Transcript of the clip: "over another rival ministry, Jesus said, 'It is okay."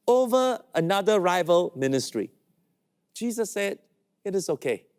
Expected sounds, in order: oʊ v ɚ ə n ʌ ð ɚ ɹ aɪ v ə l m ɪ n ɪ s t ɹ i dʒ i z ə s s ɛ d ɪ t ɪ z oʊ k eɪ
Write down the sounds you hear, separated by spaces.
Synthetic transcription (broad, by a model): oʊ v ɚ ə n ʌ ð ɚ ɹ aɪ v ə l m ɪ n ɪ s t ɹ i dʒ i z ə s s ɛ d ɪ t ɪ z oʊ k eɪ